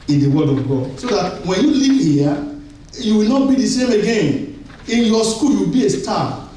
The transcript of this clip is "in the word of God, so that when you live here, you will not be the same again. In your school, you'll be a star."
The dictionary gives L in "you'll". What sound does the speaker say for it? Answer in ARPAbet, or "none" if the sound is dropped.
W